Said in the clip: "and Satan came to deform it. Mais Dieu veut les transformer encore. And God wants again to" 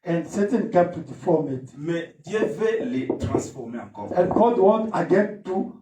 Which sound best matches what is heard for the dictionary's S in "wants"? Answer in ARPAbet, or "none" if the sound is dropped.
none